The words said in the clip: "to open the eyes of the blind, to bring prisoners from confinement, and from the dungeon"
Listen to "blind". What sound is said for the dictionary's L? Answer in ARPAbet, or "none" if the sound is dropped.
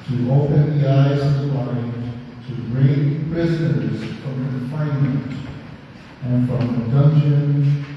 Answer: none